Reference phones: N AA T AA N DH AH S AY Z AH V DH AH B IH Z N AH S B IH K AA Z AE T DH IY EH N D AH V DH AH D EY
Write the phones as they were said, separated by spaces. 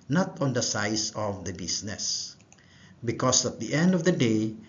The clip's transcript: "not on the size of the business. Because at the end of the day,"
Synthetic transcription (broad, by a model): N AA T AA N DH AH S AY S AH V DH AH B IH S N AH S B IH K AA S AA T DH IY EH N D AH V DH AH D EY